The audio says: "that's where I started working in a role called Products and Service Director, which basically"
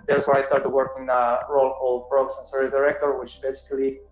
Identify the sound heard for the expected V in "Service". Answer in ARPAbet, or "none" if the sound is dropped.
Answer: none